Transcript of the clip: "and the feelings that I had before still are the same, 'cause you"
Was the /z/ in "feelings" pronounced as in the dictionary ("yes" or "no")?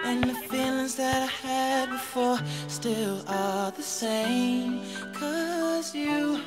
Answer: yes